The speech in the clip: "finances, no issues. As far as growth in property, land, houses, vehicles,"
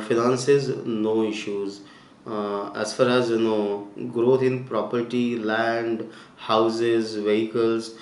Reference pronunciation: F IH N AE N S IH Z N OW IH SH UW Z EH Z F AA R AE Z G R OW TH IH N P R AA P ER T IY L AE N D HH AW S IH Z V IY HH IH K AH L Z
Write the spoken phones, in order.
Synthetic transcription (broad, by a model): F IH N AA N S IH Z N OW IH SH UW Z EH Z F AA R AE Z G R OW T IH N P R AA P ER T IY L AE N D HH AW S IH Z V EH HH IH K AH L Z